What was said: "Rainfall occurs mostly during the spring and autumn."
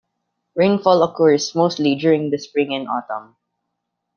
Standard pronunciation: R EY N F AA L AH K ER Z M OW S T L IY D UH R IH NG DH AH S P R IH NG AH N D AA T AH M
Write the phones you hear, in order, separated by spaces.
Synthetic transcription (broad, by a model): R EY N F AA L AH K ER S M OW S T L IY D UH R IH NG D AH S P R IH NG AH N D AA T AH M